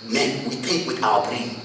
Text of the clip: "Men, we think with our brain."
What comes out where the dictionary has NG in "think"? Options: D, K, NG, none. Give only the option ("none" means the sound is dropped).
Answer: none